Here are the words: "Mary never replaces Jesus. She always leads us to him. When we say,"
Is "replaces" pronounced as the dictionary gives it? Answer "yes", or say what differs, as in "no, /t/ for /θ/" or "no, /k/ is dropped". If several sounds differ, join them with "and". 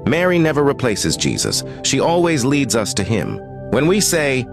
yes